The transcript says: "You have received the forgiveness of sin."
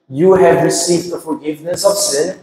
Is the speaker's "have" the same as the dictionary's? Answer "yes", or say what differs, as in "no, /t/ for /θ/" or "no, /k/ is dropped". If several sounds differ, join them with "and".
yes